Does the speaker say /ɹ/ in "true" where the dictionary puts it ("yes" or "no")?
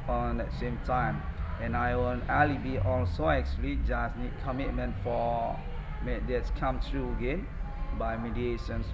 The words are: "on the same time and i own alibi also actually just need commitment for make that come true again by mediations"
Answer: yes